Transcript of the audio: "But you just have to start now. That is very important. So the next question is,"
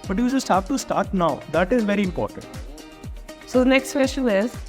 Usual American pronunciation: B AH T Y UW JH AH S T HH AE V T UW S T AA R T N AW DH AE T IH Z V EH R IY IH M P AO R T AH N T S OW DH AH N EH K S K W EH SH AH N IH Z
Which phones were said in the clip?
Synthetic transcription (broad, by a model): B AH T Y UW JH AH S T HH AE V T UW S T AA R T N AW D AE T IH Z V EH R IY IH M P AO R T AH N T S OW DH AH N EH K S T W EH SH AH IH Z